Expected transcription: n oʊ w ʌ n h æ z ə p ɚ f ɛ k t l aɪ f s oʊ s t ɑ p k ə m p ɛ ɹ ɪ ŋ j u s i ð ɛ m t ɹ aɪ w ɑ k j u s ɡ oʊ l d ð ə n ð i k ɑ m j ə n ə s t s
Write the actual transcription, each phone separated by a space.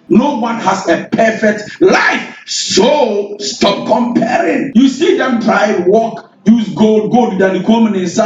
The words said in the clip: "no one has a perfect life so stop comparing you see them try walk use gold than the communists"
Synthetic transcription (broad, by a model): n oʊ w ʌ n h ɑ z ə p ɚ f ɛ k t l aɪ f s oʊ s t ɑ p k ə m p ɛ ɹ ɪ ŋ j u s i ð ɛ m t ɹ aɪ w ɑ k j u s ɡ oʊ l d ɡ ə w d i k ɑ m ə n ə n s